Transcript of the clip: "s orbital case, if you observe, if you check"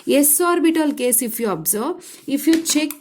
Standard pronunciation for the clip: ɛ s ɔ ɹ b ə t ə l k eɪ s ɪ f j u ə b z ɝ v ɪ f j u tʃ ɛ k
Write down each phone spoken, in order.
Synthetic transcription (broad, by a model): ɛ s ɔ ɹ b ə t ə l k eɪ s ɪ f j u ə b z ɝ b ɪ f j u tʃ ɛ k